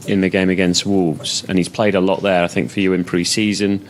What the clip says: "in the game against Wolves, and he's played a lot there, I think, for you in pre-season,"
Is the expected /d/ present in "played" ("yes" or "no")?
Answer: yes